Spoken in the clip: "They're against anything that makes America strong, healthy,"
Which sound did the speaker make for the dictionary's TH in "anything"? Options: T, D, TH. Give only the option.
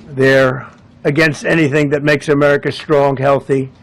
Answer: TH